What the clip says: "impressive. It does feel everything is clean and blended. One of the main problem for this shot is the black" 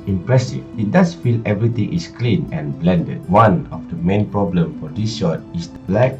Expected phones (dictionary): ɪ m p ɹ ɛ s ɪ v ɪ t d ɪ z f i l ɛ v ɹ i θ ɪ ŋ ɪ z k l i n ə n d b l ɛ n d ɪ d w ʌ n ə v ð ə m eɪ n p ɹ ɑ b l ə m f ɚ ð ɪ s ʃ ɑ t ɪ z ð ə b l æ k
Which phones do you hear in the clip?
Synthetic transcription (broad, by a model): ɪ m p ɹ ɛ s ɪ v ɪ t d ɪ s f i l ɛ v ɹ i t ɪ ŋ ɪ s k l i n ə n b l ɛ n d ɪ d w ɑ n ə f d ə m eɪ n p ɹ ɑ b l ə m f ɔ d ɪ s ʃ ɑ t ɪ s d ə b l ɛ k